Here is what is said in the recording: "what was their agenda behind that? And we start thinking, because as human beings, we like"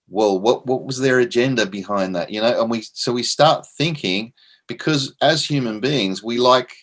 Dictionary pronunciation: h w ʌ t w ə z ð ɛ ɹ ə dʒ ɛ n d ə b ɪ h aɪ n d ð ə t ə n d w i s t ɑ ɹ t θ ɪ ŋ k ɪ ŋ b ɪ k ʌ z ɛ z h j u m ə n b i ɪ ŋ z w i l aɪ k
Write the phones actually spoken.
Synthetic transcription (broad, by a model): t w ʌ t w ə z ð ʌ ɹ ə dʒ ɛ n d ə b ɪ h aɪ n ð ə t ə n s w i s t ɑ ɹ t θ ɪ ŋ k ɪ ŋ b ɪ k ʌ z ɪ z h j u m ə n b i ɪ ŋ z w i l aɪ k